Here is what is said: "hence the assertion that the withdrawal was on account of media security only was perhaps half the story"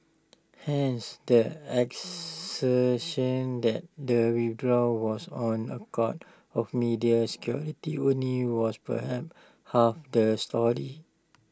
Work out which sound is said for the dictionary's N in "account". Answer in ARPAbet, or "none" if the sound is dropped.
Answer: none